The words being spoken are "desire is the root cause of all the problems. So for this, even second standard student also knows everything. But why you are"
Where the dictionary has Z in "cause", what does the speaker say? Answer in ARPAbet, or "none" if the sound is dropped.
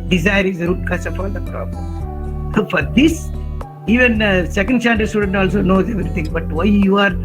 S